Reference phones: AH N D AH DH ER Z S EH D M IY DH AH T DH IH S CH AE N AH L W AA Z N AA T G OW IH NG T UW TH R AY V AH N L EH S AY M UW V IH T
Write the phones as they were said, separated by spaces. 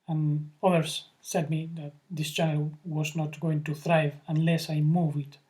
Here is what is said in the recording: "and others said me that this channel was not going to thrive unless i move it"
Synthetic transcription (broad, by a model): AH N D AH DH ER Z S EH D M IY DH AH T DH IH S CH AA AH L W AA Z N AA T G OW IH NG T UW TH R AY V AH N L EH S AY M UW V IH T